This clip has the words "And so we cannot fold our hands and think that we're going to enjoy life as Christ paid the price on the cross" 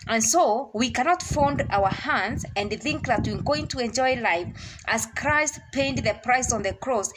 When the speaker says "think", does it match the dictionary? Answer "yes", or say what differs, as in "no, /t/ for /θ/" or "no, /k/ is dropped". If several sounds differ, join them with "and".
yes